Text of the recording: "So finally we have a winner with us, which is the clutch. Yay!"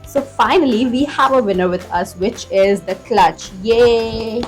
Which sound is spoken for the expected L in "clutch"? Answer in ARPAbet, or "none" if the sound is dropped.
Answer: L